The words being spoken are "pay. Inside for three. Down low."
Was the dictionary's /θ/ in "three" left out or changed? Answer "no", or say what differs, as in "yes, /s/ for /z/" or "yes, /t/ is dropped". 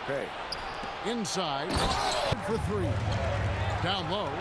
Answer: no